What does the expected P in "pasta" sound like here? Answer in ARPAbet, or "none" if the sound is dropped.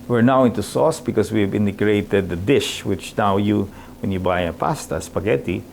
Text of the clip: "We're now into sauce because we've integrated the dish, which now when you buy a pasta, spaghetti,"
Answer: P